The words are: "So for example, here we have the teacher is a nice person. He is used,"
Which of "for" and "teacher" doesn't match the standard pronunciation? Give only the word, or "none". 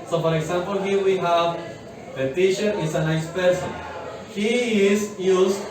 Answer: teacher